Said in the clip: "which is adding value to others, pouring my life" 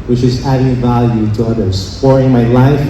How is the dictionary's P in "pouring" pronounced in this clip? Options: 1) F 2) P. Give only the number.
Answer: 1